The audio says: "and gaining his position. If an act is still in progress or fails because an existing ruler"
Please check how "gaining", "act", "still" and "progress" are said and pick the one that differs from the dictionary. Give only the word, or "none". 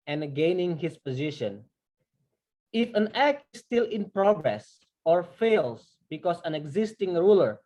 none